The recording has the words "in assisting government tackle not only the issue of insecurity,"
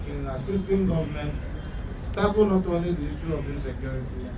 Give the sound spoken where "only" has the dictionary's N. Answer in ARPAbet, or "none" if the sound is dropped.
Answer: none